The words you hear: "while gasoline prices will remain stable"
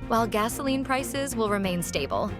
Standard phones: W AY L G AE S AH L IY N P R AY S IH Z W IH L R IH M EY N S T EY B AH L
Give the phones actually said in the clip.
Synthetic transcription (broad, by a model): W AY L G AE S AH L IY N P R AY S IH Z W IH L R IH M EY N S T EY B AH L